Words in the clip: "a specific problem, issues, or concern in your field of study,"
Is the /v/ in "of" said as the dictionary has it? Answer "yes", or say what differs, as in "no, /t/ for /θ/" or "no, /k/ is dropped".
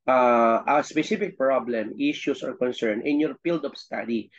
no, /p/ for /v/